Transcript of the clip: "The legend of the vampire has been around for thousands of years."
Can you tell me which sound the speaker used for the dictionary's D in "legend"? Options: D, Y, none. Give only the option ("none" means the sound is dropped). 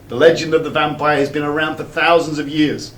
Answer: D